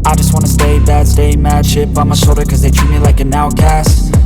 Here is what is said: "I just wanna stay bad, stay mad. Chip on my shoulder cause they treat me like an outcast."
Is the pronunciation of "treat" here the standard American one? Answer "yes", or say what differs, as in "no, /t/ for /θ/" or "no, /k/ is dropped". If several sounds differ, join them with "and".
no, /ɹ/ is dropped